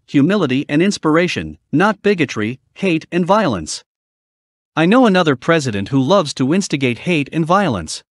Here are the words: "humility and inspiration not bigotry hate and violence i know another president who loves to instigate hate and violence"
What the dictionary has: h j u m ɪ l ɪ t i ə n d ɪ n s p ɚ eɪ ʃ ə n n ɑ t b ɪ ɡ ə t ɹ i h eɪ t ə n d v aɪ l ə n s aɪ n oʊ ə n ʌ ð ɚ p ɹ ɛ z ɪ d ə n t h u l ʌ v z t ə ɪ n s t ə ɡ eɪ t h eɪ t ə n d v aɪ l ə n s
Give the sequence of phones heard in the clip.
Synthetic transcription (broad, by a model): h j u m ɪ l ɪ t i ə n ɪ n s p ɚ eɪ ʃ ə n n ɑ t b ɪ ɡ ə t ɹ i h eɪ t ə n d v aɪ l ə n s aɪ n oʊ ə n ʌ ð ɚ p ɹ ɛ z ɪ d ə n t h u l ʌ v z t ə ɪ n s t ə ɡ eɪ t h eɪ t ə n v aɪ l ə n s